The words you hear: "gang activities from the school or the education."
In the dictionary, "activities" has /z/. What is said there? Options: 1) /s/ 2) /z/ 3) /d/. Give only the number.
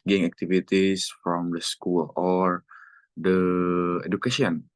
1